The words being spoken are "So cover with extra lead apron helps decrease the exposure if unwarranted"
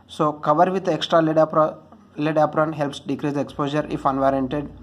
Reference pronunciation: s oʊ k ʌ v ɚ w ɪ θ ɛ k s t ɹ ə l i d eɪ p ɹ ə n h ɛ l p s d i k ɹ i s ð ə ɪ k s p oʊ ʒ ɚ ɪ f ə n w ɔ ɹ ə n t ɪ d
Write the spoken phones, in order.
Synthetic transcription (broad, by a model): s oʊ k ʌ v ɚ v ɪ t ɛ k s t ɹ ə l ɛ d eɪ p ɹ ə n h ɛ l p s d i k ɹ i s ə k s p oʊ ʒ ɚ ɪ f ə n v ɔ ɹ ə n t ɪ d